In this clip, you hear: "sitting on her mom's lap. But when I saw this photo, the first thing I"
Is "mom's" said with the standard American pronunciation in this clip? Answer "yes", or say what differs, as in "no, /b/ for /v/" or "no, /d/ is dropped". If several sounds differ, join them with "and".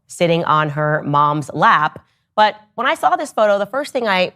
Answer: yes